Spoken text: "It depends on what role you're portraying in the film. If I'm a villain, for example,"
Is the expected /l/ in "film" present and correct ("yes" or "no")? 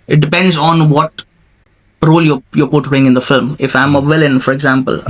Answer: yes